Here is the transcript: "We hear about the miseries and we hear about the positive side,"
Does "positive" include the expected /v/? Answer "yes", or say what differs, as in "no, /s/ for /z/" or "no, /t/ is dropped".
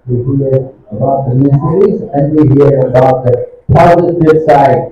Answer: no, /b/ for /v/